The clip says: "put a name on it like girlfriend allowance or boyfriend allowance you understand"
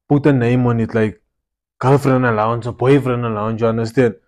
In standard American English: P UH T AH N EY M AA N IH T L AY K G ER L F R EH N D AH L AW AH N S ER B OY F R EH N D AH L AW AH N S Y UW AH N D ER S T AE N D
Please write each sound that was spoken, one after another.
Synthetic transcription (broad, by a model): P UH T AH N EY M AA N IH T L AY K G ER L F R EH N AH L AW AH N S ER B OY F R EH N AH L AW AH N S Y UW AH N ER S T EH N